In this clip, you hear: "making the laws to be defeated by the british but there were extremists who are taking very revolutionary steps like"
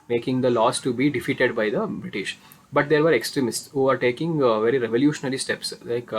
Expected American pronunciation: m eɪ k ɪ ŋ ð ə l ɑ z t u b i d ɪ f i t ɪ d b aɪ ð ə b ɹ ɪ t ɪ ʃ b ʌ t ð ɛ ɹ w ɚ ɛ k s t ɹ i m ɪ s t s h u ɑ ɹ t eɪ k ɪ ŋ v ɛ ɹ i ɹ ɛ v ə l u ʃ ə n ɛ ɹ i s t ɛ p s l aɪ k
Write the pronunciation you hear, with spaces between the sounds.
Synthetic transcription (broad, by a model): m eɪ k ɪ ŋ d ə l ɑ s t u b i d ɪ f i t ɪ d b aɪ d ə b ɹ ɪ t ɪ ʃ b ʌ t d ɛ ɹ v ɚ ɛ k s t ɹ i m ɪ s t s h u ɑ ɹ t eɪ k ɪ ŋ v ɛ ɹ i ɹ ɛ v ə l u ʃ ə n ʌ ɹ i s t ɛ p s l aɪ k